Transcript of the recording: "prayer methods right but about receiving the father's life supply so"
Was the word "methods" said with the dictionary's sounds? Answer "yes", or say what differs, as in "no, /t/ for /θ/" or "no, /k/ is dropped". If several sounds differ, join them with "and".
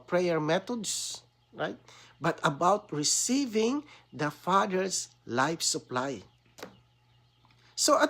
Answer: no, /t/ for /θ/ and /s/ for /z/